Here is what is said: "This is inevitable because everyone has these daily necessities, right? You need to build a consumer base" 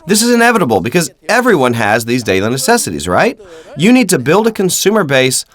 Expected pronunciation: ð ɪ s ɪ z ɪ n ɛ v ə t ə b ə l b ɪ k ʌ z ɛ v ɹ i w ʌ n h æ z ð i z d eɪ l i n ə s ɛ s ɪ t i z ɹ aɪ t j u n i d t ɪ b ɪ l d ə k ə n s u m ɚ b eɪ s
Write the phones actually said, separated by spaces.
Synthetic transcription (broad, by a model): ð ɪ s ɪ z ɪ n ɛ v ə t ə b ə l b ɪ k ʌ z ɛ v ɹ i w ʌ n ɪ z ð i z d eɪ l i n ə s ɛ s ɪ t i z ɹ aɪ t j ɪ n i d t ɪ b ɪ l d ə k ə n s u m ɚ b eɪ s